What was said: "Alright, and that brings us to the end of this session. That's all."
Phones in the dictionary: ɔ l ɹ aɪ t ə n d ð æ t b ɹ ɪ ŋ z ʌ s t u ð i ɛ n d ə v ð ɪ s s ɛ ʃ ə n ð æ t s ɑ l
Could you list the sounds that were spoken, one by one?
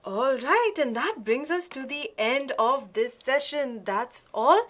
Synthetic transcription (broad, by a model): ɔ l ɹ aɪ t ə n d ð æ t b ɹ ɪ ŋ z ʌ s t u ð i ɛ n d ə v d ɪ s s ɛ ʃ ə n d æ t s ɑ l